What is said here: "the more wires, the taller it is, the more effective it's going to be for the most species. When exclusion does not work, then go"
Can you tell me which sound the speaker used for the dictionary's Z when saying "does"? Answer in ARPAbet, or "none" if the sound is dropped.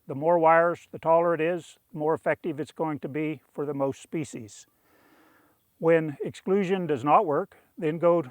Z